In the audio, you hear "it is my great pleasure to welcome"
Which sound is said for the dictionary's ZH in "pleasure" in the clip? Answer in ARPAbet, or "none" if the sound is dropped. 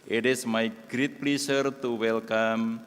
S